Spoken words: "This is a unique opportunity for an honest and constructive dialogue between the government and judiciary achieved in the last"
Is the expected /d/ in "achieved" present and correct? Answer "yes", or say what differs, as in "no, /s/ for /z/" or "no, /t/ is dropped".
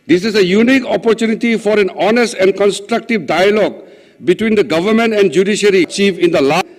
no, /d/ is dropped